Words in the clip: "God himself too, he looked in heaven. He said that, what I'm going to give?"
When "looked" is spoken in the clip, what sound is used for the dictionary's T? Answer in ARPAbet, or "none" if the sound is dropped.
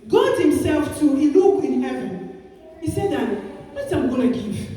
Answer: none